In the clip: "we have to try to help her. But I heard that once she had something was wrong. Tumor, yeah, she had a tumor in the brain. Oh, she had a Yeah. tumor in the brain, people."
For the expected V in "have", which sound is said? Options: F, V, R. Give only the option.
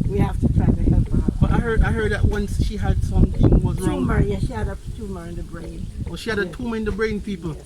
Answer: F